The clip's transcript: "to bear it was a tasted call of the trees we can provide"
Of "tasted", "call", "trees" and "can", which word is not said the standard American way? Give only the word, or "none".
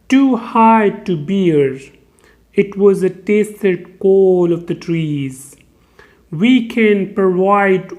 none